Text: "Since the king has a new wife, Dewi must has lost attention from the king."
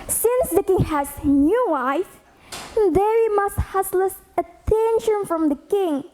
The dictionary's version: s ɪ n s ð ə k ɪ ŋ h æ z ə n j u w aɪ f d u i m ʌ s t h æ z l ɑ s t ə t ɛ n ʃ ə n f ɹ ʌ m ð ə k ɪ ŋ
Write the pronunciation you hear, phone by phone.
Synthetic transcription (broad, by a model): s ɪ n s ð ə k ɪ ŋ h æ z n j u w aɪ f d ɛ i m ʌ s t h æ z l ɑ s ə t ɛ n ʃ ə n f ɹ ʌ m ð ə k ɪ ŋ